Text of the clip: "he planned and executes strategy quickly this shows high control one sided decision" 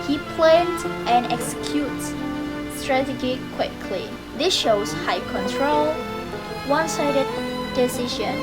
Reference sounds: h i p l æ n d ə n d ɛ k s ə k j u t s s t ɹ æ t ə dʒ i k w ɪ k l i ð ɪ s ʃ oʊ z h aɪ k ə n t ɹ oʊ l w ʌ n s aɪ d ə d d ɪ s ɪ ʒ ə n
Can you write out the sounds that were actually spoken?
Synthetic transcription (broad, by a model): h i p l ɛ n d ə n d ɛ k s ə k j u t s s t ɹ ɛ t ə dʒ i k w ɪ k l i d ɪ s ʃ oʊ s h aɪ k ə n t ɹ oʊ l w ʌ n s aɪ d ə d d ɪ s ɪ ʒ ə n